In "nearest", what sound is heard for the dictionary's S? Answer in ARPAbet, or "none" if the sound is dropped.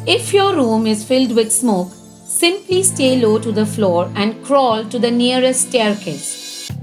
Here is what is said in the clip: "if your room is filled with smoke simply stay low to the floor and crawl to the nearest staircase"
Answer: none